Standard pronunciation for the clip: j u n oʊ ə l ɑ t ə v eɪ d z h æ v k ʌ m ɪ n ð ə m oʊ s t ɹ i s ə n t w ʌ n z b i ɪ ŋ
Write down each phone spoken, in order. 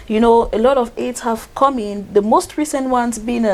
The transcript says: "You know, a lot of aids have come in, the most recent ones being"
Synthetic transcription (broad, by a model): j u n oʊ ə l ɑ t ə v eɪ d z h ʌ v k ʌ m ɪ n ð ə m oʊ s t ɹ i s ə n t w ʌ n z b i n